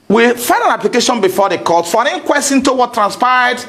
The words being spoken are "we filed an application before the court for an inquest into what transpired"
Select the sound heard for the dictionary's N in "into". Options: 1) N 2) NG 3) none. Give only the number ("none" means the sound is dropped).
1